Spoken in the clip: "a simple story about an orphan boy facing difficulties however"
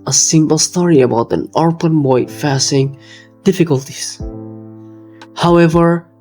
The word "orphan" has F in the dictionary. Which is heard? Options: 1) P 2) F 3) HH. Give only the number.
1